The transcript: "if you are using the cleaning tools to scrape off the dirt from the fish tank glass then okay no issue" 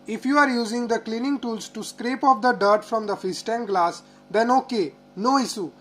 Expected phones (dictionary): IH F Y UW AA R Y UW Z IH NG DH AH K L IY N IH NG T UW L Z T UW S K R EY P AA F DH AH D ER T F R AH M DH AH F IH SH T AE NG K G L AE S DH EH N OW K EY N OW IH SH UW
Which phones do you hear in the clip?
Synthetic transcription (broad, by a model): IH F Y UW AA R Y UW Z IH NG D AH K L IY N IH NG T UW L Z T UW S K R EY P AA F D AH D ER T F R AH M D AH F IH S T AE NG G L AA S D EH N OW K EY N OW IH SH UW